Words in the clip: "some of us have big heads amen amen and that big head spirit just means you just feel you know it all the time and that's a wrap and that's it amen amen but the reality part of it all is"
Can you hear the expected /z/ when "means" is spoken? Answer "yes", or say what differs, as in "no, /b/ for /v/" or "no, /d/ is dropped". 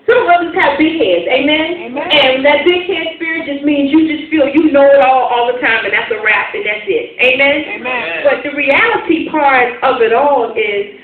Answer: yes